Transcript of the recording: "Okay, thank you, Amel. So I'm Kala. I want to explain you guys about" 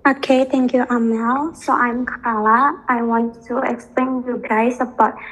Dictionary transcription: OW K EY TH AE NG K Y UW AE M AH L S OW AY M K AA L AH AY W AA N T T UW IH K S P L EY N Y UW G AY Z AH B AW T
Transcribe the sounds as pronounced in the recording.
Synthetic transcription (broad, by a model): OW K EY T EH NG K Y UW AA M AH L S OW AY M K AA L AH AY W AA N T T UW IH K S P L EY N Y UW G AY S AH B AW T